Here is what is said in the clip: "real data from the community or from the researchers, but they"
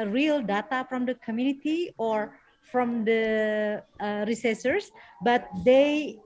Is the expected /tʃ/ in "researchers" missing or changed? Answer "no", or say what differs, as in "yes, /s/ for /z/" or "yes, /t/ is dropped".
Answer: yes, /s/ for /tʃ/